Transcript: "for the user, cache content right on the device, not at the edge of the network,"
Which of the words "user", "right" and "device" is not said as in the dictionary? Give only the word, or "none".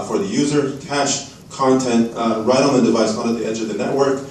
none